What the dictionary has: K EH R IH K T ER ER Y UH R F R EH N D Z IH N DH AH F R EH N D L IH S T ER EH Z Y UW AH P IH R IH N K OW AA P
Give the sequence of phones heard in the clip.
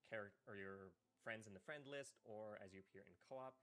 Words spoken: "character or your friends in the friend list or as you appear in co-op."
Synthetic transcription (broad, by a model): K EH R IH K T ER ER Y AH R F R EH N D Z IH N DH AH F R EH N D L IH S T ER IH Z Y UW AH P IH R IH N K OW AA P